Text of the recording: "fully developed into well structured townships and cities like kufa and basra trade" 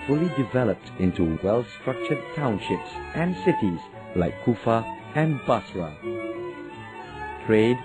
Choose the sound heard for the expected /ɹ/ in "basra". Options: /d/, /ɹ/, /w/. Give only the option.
/w/